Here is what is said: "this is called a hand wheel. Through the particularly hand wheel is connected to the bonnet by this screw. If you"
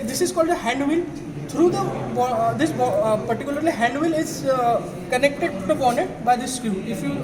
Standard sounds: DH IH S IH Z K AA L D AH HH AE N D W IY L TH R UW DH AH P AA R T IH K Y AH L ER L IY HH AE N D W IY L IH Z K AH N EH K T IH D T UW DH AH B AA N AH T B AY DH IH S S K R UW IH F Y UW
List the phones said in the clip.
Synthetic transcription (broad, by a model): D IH S IH Z K AA L D AH HH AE N D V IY L T R UW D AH P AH R T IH K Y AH L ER L IY HH AE N D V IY L IH Z K AH N EH K T IH D T UW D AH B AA N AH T B AY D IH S S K UW IH F Y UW